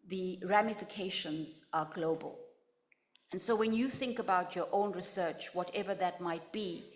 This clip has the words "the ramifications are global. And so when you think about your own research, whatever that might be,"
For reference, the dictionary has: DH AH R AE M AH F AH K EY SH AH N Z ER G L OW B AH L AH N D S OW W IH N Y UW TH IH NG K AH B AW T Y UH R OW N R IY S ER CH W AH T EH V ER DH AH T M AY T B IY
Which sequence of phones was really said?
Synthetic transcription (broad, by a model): DH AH R AE M AH F AH K EY SH AH N Z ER G L OW B AH L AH N S OW W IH N Y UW TH IH NG K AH B AW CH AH R OW N R IY S ER CH W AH T EH V ER DH AH T M AY T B IY